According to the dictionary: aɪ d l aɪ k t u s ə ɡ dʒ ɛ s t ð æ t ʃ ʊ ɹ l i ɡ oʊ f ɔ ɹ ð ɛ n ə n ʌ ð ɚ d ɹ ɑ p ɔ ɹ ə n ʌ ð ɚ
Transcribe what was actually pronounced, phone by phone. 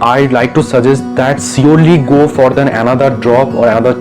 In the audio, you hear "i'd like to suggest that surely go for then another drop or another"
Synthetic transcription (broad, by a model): aɪ l aɪ k t u s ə dʒ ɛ s t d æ t s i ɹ l i ɡ oʊ f ɔ ɹ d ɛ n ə n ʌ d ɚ d ɹ ɑ p ɔ ɹ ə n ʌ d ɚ